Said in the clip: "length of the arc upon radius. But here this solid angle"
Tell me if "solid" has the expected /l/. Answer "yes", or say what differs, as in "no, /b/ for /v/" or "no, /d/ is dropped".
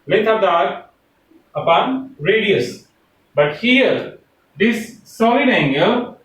no, /l/ is dropped